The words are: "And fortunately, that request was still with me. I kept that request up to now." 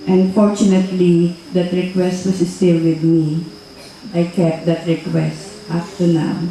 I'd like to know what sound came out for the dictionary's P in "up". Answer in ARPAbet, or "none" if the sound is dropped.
F